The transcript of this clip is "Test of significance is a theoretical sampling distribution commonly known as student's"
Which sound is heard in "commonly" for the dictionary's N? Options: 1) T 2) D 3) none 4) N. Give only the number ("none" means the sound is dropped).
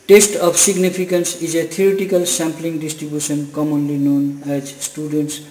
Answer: 4